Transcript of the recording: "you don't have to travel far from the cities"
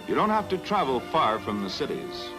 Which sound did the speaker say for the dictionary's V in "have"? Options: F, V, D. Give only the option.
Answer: F